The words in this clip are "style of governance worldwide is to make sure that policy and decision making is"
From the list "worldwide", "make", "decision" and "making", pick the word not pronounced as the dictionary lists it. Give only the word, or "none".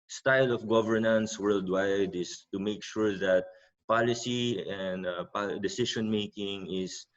decision